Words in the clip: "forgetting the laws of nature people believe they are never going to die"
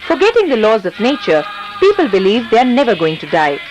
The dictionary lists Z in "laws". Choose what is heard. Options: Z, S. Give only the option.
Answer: Z